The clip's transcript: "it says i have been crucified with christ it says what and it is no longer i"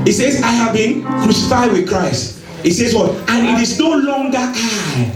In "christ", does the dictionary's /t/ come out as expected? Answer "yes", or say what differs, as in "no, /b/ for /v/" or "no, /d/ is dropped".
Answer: yes